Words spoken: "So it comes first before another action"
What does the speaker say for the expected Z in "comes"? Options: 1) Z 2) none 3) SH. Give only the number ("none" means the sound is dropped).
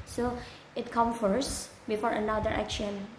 2